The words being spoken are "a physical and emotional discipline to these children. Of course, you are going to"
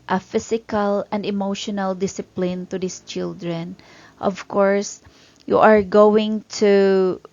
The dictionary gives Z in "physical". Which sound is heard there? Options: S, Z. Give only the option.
S